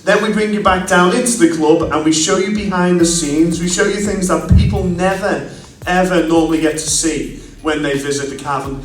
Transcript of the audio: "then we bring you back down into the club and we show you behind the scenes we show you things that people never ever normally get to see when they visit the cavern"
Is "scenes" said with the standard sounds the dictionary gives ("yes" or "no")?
yes